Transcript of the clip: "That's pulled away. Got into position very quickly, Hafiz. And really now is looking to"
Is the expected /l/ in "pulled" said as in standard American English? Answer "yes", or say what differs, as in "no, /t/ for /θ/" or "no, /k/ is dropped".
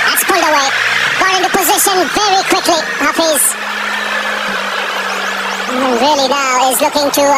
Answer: yes